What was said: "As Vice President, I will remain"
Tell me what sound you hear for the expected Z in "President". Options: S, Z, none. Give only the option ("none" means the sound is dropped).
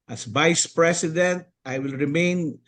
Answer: S